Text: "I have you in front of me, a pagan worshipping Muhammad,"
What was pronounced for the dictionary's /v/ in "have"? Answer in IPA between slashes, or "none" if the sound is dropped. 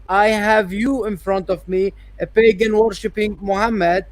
/v/